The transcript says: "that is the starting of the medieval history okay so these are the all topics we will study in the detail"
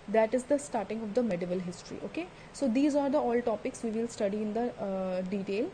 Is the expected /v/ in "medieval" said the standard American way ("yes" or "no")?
yes